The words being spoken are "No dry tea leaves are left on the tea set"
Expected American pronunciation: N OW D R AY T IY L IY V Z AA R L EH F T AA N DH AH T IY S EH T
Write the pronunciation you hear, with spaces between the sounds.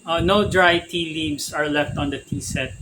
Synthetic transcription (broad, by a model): N OW D R AY T IY L IY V S AA R L EH F T AA N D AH T IY S EH T